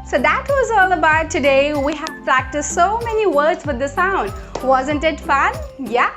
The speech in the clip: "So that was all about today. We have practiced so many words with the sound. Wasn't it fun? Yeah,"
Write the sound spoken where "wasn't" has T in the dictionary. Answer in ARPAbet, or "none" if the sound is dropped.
T